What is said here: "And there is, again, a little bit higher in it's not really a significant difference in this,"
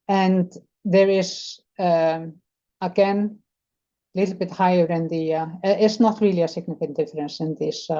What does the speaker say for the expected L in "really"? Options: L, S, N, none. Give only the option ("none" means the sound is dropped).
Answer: L